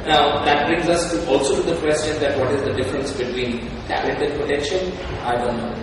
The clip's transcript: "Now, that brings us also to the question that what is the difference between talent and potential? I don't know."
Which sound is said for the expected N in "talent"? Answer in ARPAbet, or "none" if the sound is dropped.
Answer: none